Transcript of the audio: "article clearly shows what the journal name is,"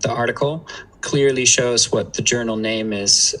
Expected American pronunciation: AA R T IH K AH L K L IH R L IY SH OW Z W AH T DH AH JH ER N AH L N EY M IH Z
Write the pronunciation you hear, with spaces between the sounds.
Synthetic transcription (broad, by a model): AA R T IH K L K L IH R L IY SH OW Z W AH T DH AH JH ER N L N EY M IH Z